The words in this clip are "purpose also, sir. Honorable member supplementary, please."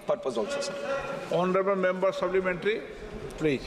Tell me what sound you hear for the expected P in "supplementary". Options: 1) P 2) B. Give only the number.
2